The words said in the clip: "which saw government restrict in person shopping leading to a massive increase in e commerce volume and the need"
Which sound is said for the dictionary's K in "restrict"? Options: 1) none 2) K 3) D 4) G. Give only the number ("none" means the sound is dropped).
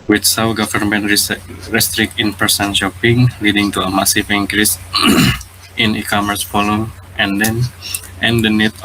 2